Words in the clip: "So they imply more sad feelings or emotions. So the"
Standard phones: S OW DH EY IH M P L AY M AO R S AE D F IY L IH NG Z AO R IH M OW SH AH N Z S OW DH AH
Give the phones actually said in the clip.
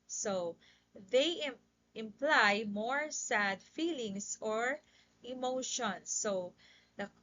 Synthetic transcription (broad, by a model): S OW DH EY IH M P L AY M AO R S AE D F IY L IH NG S AO R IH M OW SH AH N S OW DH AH